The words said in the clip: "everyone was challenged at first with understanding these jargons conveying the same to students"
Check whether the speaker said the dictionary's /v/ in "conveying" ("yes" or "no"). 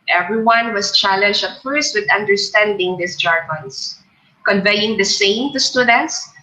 yes